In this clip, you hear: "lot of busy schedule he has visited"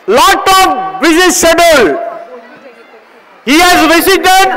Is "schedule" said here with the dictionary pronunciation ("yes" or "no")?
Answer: no